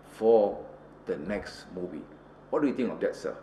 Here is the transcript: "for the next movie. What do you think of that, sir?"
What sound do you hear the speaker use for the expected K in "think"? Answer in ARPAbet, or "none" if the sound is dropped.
none